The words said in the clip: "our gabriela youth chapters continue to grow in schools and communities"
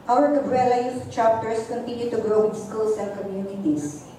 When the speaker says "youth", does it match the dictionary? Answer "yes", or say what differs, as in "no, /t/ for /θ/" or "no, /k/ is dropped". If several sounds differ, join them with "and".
no, /f/ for /θ/